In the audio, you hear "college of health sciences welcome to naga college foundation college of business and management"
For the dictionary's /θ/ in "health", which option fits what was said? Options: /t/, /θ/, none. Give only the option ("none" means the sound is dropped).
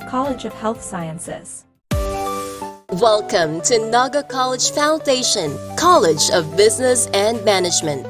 /θ/